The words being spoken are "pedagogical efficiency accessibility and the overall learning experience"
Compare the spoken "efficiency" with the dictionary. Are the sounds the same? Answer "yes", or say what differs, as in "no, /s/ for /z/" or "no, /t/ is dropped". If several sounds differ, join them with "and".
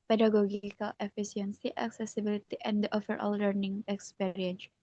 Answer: no, /s/ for /ʃ/